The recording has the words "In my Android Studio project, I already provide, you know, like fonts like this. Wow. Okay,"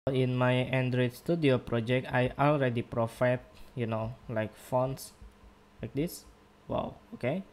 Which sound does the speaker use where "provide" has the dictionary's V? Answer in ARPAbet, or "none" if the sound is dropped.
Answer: F